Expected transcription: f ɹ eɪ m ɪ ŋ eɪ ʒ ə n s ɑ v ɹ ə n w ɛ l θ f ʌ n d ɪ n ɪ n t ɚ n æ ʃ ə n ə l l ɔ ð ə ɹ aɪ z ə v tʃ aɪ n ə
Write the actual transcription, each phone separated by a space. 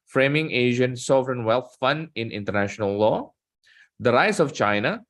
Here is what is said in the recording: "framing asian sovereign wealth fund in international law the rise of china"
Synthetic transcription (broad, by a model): f ɹ eɪ m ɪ ŋ eɪ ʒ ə n s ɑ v ɹ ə n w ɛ l t f ʌ n d ɪ n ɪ n t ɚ n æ ʃ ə n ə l l ɔ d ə ɹ aɪ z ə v tʃ aɪ n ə